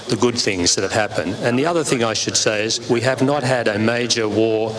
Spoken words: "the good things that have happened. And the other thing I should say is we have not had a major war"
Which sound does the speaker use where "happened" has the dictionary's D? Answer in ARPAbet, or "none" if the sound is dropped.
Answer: D